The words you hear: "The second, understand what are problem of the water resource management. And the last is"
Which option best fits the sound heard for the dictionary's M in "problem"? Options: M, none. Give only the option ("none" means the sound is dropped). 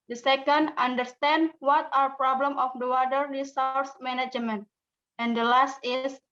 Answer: M